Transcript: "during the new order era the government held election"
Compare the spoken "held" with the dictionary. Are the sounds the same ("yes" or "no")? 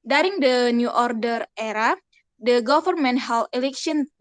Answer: no